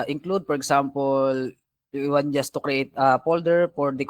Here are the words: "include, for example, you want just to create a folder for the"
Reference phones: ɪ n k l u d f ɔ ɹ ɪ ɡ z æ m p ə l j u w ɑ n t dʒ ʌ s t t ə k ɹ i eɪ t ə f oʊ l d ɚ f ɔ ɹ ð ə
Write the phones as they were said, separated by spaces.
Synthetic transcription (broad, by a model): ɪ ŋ k l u d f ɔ ɹ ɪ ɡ s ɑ m p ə l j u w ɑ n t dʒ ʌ s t t ə k ɹ i eɪ t ə p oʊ l d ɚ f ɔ ɹ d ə